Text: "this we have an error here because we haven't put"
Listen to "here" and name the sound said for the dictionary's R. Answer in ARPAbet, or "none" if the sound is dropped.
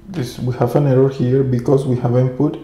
R